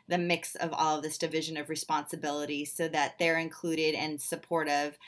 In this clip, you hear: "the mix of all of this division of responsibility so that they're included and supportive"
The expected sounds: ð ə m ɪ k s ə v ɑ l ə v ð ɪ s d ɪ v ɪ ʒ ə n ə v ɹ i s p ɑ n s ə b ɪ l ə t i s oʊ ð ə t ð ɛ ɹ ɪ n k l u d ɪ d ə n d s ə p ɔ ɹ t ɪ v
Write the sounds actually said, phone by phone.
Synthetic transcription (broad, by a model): ð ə m ɪ k s ə v ɑ l ə v ð ɪ s d ɪ v ɪ ʒ ə n ə v ɹ i s p ɑ n s ə b ɪ l ə t i s oʊ ð ə t ð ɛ ɹ ɪ n k l u d ɪ d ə n s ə p ɔ ɹ t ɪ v